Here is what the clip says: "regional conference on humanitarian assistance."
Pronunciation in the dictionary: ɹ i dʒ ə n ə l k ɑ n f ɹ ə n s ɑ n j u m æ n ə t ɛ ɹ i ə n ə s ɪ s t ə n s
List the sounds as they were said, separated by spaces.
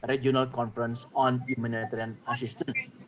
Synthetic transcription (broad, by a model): ɹ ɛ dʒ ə n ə l k ɑ n f ɹ ə n s ɑ n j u m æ n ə t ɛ ɹ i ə n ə s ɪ s t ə n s